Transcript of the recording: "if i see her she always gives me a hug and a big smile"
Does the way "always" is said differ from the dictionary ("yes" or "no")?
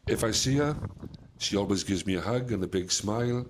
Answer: no